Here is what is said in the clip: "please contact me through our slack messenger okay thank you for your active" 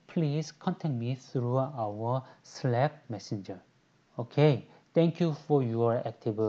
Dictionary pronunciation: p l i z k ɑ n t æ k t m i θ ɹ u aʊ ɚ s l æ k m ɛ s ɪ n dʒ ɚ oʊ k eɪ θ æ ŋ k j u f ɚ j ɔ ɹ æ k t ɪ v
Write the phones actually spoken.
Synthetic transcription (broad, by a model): p l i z k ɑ n t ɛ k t m i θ ɹ u aʊ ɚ s l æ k m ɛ s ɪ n dʒ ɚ oʊ k eɪ t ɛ ŋ k j u f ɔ j ɔ ɹ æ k t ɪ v